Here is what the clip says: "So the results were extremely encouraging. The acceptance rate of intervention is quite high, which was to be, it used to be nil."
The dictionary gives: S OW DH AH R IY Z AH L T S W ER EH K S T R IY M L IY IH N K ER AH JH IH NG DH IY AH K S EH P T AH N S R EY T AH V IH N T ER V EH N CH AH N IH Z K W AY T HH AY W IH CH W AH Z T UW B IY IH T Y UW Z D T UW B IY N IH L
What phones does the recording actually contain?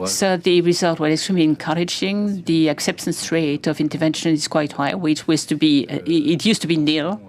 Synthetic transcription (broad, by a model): S OW DH AH R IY Z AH L T W ER EH K S T R IY M L IY IH N K ER AH JH IH NG DH IY AH K S EH P T AH N S R EY T AH V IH N T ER V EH N SH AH N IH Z K W AY T HH AY W IH CH W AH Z T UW B IY IH T Y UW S T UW B IY N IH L